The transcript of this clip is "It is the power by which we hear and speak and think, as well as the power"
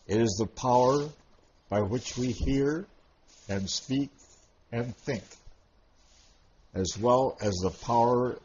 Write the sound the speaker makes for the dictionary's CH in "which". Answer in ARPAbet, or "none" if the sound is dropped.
CH